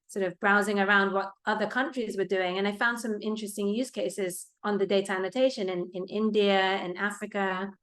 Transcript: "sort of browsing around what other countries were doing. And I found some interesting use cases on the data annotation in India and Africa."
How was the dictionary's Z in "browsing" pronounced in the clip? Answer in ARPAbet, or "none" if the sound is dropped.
Z